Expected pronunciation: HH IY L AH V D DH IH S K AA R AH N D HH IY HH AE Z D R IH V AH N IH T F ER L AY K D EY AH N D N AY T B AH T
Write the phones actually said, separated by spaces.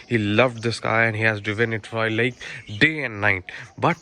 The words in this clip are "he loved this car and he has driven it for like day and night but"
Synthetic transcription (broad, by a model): HH IY L AH V D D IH S K AA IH AH N D HH IY HH AE Z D IH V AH N IH T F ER L AY K D EY AH N D N AY T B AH T